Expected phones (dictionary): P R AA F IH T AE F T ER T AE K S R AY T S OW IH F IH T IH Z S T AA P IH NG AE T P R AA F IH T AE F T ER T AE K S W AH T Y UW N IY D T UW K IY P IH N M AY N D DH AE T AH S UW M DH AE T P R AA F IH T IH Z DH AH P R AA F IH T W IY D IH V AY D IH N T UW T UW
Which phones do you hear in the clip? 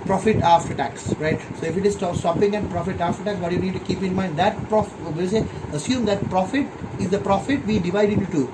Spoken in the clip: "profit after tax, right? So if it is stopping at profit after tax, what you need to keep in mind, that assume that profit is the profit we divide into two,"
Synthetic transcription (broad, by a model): P R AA F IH T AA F T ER T AE K S R AY T S OW IH F IH T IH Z S T AA P IH NG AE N P R AA F IH T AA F T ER T AE K S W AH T Y UW N IY D T UW K IY P IH N M AY N D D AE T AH S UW M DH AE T P R AA F IH T IH Z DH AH P R AA F IH T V IY D IH V AY D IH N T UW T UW